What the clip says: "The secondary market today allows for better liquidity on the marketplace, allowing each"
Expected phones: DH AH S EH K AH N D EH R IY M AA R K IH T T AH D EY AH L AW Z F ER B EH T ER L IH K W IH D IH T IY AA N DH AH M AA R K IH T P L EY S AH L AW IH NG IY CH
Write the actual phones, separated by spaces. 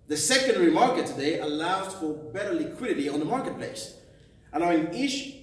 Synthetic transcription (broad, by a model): DH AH S EH K AH N D EH R IY M AA R K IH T T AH D EY AH L AW Z F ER B EH T ER L IH K W IH D IH T IY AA N DH AH M AA R K IH T P L EY S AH N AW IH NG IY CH